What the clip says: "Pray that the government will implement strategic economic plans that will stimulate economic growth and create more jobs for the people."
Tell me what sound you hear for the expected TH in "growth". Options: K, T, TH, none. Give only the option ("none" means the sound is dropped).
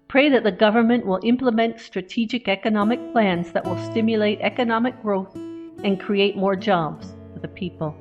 TH